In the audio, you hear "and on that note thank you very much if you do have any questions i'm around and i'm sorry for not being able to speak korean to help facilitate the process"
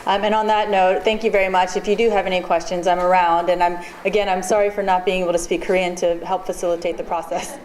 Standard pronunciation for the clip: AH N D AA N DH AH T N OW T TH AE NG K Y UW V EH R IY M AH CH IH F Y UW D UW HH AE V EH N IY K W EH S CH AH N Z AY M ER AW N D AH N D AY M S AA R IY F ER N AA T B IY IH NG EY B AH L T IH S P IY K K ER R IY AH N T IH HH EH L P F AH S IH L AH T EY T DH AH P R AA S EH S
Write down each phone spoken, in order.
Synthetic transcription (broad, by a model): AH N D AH N DH AH T N OW T TH AE NG K Y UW V EH R IY M AH CH IH F Y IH D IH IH V EH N IY K W EH S CH AH N Z AY M ER AW N D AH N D AY M S AA R IY F ER N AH T B IY IH NG EY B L T IH S P IY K K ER R IY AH N T IH HH EH L P F AH S IH L AH T EY T DH AH P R AA S EH S